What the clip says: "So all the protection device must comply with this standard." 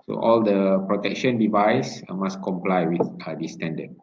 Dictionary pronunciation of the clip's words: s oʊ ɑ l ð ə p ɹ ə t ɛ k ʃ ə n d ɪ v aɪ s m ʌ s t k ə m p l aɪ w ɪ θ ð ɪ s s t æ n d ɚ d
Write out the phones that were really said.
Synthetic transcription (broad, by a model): s oʊ ɑ l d ə p ɹ ə t ɛ k ʃ ə n d ɪ v aɪ s m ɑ s k ə m p l aɪ w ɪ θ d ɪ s s t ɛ n d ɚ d